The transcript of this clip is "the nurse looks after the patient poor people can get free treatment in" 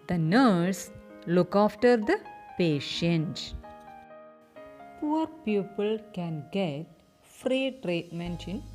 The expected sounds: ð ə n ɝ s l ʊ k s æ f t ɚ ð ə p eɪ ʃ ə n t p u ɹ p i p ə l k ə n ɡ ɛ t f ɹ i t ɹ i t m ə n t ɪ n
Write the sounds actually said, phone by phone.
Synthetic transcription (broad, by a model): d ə n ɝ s l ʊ k æ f t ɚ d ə p eɪ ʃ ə n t p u ɹ p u p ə l k ə n ɡ ɛ t f ɹ i t ɹ i t m ə n t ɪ n